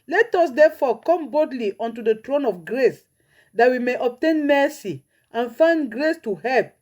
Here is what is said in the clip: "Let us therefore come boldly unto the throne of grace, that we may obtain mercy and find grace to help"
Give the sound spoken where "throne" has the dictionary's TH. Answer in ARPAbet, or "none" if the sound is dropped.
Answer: T